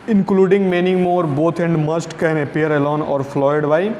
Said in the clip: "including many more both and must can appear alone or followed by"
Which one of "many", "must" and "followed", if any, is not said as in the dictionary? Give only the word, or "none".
followed